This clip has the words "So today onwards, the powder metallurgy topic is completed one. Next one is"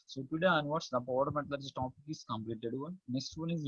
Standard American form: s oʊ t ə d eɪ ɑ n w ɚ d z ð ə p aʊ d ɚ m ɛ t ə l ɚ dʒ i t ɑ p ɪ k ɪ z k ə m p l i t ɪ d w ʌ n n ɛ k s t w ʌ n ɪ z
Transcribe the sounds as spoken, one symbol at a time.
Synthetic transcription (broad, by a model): s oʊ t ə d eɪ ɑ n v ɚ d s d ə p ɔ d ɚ m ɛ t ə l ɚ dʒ t ɑ p ɪ k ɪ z k ə m p l i t ɪ d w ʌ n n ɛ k s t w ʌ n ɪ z